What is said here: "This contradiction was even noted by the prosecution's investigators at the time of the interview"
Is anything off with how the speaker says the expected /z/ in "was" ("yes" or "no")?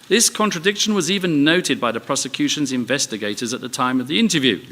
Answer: no